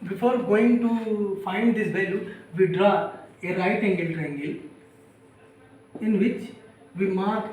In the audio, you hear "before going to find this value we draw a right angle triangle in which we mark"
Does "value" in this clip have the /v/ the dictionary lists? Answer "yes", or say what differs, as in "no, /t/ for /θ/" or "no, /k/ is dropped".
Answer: no, /b/ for /v/